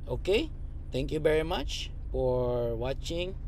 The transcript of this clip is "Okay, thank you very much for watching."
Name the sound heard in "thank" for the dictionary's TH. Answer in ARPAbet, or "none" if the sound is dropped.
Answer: T